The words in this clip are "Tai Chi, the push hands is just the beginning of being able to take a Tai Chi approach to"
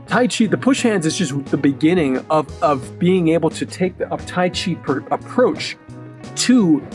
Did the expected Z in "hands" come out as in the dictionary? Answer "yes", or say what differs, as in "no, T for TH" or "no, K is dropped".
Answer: yes